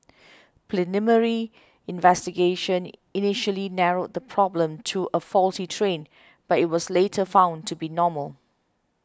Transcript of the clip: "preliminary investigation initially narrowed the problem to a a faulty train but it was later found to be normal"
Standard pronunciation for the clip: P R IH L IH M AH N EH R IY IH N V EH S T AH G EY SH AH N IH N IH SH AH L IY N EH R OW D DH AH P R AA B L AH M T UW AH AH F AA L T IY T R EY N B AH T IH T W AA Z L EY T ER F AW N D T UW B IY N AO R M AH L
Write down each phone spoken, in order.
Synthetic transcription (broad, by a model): P L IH N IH M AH R IY IH N V EH S T AH G EY SH AH N IH N IH SH AH L IY N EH R OW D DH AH P R AA B L AH M T UW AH AH F AA L T IY T R EY N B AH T IH T W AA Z L EY T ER F AW N T UW B IY N AO M AH L